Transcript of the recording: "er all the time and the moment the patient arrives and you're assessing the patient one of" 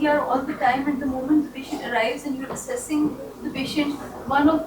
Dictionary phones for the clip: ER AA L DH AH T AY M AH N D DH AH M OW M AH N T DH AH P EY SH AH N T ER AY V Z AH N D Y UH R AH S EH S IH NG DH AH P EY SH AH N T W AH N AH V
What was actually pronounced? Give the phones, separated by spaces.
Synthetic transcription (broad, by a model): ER AA L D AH T AY M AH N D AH M OW M AH N T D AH P EY SH AH N T ER AY V Z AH N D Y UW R AH S EH S IH NG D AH P EY SH AH N T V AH N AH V